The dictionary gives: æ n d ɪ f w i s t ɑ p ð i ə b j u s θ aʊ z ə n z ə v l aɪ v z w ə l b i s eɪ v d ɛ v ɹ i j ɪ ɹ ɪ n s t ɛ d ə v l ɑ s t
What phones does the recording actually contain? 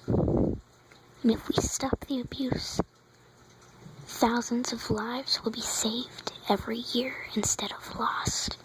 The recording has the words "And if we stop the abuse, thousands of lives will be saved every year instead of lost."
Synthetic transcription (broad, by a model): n ɪ f w i s t ɑ p ð i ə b j u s θ aʊ z ə n z ə v l aɪ v z w ə l b i s eɪ v d ɛ v ɹ i j ɪ ɹ ɪ n s t ɛ d ə v l ɑ s t